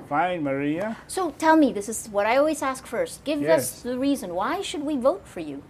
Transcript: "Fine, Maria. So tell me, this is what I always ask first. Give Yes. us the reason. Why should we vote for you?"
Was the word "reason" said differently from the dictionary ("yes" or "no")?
no